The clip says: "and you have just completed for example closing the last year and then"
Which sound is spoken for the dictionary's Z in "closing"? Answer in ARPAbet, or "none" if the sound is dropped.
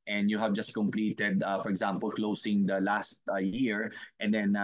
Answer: S